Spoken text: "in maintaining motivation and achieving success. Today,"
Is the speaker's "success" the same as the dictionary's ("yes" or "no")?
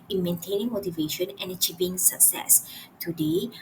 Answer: yes